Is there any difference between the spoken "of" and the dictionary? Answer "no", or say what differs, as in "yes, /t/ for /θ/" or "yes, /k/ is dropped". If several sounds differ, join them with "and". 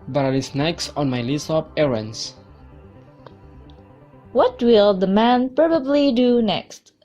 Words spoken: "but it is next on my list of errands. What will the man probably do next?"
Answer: yes, /p/ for /v/